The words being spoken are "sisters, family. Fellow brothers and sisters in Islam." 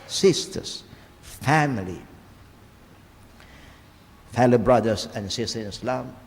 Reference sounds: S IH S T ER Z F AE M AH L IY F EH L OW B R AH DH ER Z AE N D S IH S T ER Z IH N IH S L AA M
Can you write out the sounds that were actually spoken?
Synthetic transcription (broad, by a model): S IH S T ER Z F AE M AH L IY F EH L OW B R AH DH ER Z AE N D S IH S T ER IH N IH S L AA M